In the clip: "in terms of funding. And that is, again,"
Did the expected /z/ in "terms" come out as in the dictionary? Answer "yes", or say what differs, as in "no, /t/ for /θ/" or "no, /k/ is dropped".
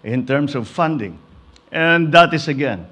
no, /s/ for /z/